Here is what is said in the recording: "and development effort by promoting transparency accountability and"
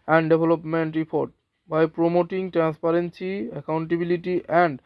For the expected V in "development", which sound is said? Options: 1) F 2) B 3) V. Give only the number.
2